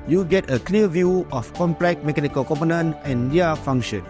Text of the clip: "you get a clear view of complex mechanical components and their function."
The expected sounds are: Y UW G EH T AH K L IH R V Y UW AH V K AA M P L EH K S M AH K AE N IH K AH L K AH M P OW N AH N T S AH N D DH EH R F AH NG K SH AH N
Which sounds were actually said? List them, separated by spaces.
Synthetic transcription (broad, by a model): Y UW G EH T AH K L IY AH V Y UW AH F K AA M P L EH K M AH K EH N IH K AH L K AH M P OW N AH N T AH N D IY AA F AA NG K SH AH N